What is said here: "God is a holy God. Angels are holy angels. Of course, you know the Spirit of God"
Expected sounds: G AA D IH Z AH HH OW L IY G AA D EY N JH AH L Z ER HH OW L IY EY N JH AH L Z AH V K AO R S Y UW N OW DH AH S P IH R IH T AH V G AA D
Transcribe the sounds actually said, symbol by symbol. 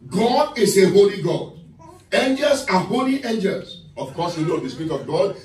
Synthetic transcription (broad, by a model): G AA D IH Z AH HH OW L IY G AA D EY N JH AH L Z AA HH OW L IY EY N JH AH L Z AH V K AO S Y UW L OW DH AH S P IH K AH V G AA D